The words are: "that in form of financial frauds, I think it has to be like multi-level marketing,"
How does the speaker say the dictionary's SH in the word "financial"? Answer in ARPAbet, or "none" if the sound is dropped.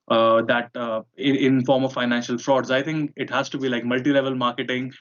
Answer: SH